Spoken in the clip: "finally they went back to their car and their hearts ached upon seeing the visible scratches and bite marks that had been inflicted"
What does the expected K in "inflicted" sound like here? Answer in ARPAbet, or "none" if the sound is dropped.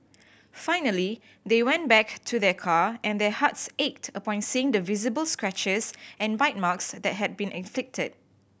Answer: K